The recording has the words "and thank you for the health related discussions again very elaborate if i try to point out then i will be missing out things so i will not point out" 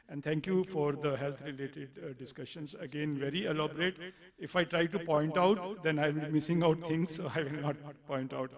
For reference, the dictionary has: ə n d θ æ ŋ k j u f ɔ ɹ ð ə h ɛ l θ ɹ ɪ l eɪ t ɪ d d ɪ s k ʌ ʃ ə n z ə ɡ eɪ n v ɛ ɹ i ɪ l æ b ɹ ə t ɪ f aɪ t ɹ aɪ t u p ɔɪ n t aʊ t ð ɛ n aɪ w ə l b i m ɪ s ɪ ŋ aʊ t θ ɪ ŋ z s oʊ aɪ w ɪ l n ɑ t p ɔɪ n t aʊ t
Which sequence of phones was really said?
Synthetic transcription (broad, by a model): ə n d t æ ŋ k j u f ɔ ɹ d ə h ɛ l t ɹ ɪ l eɪ t ɪ d d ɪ s k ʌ ʃ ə n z ə ɡ eɪ n v ɛ ɹ i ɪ l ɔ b ɹ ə t ɪ f aɪ t ɹ aɪ t u p ɔɪ n t aʊ t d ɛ n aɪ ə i m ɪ s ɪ ŋ aʊ t t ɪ ŋ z s oʊ aɪ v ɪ l n ɑ t p ɔɪ n t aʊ t